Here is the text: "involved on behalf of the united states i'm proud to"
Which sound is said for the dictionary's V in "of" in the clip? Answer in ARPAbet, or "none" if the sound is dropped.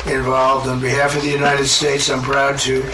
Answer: V